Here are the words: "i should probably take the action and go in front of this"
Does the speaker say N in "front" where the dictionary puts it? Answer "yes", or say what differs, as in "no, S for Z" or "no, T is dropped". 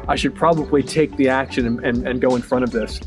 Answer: no, N is dropped